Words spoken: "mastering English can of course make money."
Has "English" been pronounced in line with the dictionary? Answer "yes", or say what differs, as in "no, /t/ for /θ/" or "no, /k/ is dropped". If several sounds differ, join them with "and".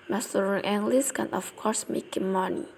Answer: no, /s/ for /ʃ/